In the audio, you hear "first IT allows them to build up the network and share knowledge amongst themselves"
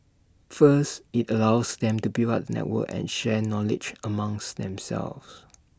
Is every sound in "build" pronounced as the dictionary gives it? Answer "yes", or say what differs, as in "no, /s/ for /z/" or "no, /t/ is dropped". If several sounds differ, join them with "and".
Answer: no, /d/ is dropped